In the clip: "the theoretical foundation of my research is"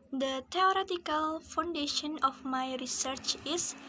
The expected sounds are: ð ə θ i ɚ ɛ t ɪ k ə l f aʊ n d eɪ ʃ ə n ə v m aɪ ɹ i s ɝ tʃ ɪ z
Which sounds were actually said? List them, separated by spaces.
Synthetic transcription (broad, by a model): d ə t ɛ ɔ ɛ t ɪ k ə l f aʊ n d eɪ ʃ ə n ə f m aɪ ɹ i s ɝ tʃ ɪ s